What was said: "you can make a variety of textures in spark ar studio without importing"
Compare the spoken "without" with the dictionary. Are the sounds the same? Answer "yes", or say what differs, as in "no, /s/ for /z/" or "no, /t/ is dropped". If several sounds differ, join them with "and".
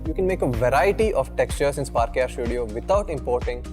no, /t/ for /θ/